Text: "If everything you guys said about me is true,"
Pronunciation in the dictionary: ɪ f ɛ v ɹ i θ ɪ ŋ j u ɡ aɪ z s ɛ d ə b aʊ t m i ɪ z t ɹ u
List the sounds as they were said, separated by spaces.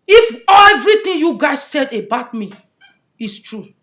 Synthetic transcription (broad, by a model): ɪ f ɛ v ɹ i t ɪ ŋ j u ɡ aɪ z s ɛ d ə b aʊ t m i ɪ s t ɹ u